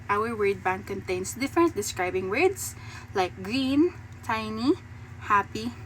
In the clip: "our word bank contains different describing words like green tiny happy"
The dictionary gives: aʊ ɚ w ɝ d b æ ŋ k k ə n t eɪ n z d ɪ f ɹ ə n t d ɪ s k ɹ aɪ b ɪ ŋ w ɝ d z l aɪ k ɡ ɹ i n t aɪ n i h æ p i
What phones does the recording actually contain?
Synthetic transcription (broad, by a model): aʊ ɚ w ɝ d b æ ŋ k k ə n t eɪ n s d ɪ f ɹ ə n t d ɪ s k ɹ aɪ b ɪ ŋ w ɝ d s l aɪ k ɡ ɹ i n t aɪ n i h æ p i